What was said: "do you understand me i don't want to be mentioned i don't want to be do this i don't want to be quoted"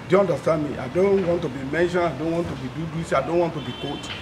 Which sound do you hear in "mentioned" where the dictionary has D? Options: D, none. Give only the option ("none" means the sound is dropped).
none